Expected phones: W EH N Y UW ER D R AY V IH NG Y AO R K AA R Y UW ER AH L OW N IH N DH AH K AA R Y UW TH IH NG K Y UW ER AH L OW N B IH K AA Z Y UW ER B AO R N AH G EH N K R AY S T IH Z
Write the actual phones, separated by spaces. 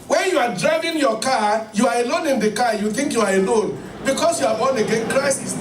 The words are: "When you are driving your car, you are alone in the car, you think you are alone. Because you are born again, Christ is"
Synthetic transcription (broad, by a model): W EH N Y UW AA D R AY V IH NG Y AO K AA Y UW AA AH L OW N IH N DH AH K AA Y UW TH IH NG K Y UW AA AH L OW N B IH K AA S Y UW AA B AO N AH G EH N K R AY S IH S